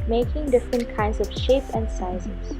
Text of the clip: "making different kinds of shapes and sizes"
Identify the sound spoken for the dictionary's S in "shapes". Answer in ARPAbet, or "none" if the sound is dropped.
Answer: none